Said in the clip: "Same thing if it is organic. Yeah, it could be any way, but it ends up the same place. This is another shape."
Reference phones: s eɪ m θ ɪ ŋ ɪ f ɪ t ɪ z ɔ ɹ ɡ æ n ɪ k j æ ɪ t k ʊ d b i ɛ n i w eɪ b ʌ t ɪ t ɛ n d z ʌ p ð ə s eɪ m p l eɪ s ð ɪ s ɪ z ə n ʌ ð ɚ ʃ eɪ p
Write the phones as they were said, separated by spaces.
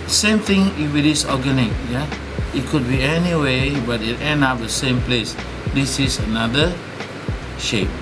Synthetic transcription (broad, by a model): s eɪ m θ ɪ ŋ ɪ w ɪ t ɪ s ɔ ɡ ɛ n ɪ k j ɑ ɪ t k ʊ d b i ɛ n i w eɪ b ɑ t ɪ t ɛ n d ɑ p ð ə s eɪ m p l eɪ s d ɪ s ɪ s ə n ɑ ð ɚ ʃ eɪ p